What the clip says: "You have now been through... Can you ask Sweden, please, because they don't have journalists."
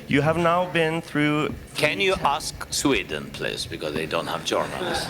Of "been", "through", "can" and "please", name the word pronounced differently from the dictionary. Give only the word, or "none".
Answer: please